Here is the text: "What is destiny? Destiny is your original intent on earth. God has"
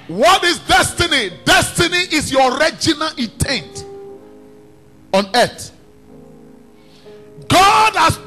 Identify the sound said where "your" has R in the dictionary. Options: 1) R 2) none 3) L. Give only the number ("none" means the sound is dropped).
1